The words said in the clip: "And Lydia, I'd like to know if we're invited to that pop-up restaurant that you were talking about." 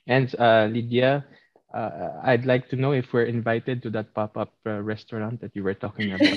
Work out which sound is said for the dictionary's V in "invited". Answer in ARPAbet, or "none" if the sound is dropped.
V